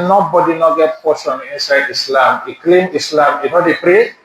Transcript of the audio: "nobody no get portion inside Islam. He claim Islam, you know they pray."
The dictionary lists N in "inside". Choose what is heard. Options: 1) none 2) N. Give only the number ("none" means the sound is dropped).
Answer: 2